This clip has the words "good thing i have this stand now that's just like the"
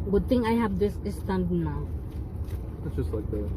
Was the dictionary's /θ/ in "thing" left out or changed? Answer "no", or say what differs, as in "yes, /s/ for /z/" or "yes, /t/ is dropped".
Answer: yes, /t/ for /θ/